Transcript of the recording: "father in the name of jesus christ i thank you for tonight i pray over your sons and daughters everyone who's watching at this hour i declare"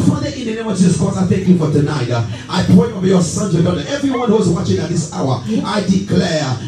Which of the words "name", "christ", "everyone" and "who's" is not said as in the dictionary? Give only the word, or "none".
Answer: christ